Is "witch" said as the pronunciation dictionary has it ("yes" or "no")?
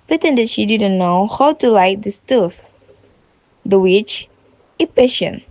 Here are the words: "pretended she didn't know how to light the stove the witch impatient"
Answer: yes